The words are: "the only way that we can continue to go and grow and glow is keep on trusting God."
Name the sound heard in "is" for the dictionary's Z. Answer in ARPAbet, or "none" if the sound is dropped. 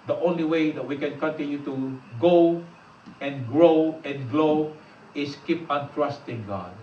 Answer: S